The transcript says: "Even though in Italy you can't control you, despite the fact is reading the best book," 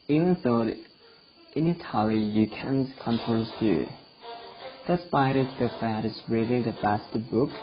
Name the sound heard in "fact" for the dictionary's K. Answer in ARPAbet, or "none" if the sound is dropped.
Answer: none